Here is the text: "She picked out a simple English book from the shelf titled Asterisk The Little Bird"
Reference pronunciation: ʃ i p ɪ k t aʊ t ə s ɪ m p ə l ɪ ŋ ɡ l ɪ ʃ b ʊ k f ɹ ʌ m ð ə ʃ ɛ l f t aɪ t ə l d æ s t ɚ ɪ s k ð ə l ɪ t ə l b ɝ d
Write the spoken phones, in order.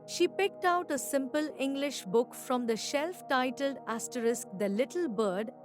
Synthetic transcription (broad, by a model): ʃ i p ɪ k t aʊ t ə s ɪ m p ə l ɪ ŋ ɡ l ɪ ʃ b ʊ k f ɹ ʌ m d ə ʃ ɛ l f t aɪ t ə l d æ s t ɚ ɪ s k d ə l ɪ t ə l b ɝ d